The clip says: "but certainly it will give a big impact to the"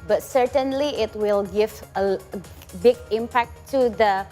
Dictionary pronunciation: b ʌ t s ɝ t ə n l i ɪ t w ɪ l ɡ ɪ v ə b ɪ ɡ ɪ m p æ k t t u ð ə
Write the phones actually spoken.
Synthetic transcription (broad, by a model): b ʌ t s ɝ t ə n l i ɪ t w ɪ l ɡ ɪ v ə b ɪ ɡ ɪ m p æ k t t u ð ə